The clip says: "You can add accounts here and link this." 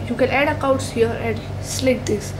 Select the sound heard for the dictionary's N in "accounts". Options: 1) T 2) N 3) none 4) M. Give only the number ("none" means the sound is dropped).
3